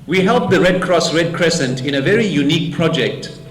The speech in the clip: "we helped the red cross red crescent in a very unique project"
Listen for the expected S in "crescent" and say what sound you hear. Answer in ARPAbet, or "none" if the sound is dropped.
S